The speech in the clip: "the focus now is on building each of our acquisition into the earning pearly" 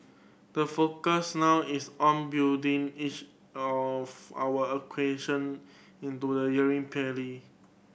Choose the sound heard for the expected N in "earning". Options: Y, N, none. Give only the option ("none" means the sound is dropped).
none